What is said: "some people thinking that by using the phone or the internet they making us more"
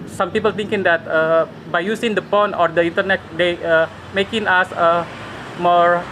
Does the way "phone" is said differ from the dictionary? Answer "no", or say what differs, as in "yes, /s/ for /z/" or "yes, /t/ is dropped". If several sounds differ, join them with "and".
yes, /p/ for /f/